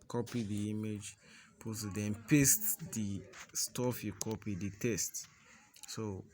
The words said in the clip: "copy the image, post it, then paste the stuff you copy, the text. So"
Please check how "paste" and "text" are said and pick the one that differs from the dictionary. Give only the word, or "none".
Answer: text